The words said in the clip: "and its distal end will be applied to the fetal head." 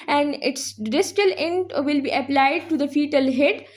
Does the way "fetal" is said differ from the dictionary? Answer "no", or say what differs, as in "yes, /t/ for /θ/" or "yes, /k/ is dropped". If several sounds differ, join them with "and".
no